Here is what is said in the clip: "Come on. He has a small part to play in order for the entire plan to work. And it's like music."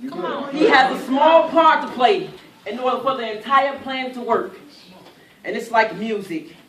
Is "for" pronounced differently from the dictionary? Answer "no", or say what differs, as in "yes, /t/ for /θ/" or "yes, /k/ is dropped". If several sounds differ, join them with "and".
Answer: yes, /p/ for /f/